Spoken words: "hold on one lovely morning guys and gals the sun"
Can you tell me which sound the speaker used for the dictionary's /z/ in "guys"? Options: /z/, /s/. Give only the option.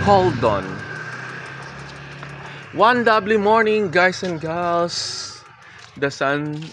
/s/